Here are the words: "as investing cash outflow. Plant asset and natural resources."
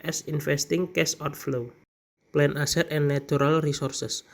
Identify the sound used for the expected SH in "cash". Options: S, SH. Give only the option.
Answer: S